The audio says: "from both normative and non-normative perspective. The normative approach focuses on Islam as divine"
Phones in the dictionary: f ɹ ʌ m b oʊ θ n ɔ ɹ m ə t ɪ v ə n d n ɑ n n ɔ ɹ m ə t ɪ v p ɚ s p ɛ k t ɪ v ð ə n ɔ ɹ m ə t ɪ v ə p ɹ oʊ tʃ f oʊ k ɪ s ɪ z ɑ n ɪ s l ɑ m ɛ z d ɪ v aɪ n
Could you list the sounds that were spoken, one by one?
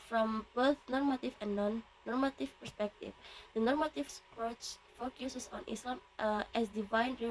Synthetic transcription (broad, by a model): f ɹ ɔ m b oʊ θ n ɔ ɹ m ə t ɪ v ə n n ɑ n n ɔ ɹ m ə t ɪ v p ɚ s p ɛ k t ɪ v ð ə n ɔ ɹ m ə t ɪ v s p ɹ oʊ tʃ f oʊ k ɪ s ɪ s ɑ n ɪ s ɑ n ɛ s d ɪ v aɪ n